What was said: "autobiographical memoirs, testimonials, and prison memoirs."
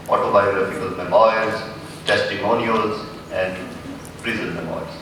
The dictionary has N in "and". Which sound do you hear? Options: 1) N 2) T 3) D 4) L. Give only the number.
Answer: 1